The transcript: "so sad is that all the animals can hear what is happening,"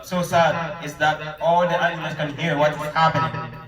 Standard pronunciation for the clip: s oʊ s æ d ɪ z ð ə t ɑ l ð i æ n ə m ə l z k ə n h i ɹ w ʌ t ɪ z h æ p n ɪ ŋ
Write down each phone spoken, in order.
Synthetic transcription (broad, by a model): s oʊ s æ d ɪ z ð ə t ɑ l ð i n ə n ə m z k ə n h i ɹ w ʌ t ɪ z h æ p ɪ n